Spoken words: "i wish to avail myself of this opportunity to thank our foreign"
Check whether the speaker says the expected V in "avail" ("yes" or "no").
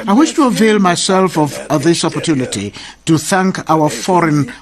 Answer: yes